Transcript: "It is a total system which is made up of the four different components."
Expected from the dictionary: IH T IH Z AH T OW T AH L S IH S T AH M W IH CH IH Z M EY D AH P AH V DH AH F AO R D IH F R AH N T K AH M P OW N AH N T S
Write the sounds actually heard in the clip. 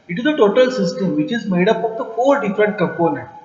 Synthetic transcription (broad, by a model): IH T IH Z AH T OW T AH L S IH S T AH M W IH CH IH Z M EY D AH P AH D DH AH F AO L D IH F R AH N T K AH M P OW N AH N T